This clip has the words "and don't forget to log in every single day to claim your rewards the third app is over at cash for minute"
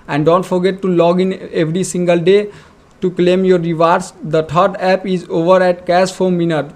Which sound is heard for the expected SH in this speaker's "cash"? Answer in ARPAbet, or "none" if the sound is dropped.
S